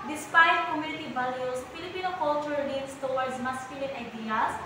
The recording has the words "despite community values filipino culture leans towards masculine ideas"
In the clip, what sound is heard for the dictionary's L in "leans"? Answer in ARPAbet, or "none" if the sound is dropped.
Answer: N